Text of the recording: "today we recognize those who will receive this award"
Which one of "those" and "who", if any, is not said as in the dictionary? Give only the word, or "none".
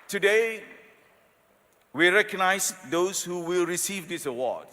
those